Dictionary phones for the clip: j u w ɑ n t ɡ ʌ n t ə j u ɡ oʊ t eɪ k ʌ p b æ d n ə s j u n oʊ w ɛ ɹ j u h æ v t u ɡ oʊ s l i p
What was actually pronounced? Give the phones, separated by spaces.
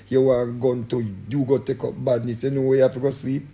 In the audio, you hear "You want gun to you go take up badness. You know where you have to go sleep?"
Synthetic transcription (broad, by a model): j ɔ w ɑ ɡ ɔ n t ə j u ɡ oʊ t eɪ k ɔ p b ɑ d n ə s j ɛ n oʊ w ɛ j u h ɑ f t u ɡ oʊ s l i p